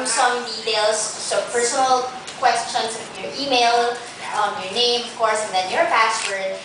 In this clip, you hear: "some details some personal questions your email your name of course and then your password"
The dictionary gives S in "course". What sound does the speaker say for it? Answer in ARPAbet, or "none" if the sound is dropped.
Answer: S